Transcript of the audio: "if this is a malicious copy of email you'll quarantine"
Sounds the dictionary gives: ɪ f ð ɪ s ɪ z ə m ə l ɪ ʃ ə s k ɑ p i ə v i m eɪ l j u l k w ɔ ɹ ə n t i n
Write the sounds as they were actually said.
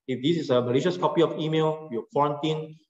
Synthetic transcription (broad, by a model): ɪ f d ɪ s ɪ s ə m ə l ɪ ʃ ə s k ɑ p i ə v i m eɪ l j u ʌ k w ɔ ɹ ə n t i n